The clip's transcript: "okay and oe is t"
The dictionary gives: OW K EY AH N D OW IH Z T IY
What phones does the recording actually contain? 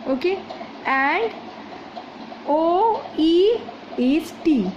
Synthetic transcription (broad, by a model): OW K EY AH N D OW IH S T IY